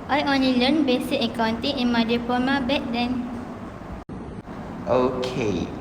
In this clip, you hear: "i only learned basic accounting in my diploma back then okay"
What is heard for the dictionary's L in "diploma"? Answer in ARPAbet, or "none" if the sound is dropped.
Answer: none